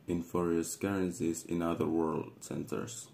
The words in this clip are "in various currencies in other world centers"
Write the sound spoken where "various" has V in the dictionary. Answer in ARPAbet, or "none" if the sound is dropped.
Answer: F